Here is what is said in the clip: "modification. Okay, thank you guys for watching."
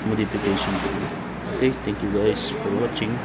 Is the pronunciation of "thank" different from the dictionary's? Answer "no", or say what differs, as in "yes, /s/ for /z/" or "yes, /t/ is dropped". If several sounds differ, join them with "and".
yes, /t/ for /θ/